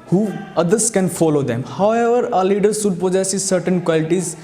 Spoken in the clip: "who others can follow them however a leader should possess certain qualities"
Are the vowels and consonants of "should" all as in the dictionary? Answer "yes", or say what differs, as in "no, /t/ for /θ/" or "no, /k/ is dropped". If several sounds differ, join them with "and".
no, /s/ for /ʃ/